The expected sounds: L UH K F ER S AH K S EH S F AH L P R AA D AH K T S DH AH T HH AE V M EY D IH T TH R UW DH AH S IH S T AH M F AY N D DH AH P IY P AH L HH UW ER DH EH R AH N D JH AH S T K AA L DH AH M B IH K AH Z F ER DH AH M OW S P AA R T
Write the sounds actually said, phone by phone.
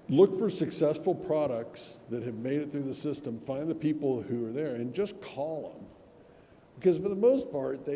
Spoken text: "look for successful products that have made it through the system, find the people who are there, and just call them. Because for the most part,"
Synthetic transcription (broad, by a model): L UH K F ER S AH K S EH S F L P R AA D AH K T S DH AH T HH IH V M EY D IH T TH R UW DH AH S IH S T AH M F AY N DH AH P IY P L HH UW ER DH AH R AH N JH AH S K AA L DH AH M B IH K AH Z F ER DH AH M OW S P AA R T